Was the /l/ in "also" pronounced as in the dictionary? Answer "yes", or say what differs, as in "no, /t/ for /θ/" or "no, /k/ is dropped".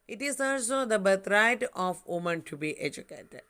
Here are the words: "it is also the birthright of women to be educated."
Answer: no, /l/ is dropped